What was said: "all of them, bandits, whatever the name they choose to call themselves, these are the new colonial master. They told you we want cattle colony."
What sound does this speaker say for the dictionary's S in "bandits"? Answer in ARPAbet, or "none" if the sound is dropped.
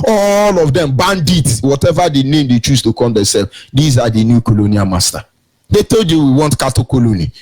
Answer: none